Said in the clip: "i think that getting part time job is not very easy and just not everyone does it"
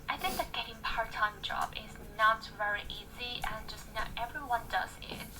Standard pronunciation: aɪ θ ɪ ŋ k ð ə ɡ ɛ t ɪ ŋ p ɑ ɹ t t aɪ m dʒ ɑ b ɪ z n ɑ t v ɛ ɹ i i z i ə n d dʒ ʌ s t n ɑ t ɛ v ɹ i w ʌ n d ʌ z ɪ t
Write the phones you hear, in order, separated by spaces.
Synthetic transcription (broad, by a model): aɪ θ ɪ ŋ k ð ə ɡ ɛ t ɪ ŋ p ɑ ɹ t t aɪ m dʒ ɑ b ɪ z n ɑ t v ɛ ɹ i i z i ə n dʒ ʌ s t n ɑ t ɛ v ɹ i w ʌ n d ʌ z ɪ t